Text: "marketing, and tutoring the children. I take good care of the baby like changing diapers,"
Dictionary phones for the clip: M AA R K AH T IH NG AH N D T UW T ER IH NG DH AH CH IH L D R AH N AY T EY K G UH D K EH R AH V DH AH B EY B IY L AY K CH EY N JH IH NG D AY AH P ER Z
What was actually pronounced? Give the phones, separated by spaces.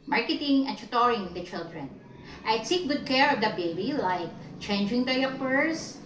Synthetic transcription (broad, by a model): M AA R K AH T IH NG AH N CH T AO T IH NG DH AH CH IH L D R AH N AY S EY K G UH D K EH R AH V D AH B EY B IY L AY K CH EY N JH IH NG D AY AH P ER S